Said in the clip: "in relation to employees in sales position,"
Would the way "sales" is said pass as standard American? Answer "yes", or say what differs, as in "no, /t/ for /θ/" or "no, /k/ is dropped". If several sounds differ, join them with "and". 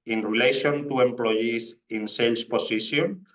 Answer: no, /s/ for /z/